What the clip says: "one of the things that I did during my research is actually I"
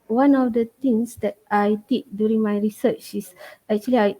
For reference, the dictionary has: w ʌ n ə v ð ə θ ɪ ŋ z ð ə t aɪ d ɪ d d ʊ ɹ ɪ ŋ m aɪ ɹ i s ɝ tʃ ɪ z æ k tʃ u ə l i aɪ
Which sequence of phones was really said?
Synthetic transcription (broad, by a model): w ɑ n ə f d ə t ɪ ŋ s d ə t aɪ d ɪ d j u ɹ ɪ ŋ m aɪ ɹ i s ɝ tʃ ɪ s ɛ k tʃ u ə l i aɪ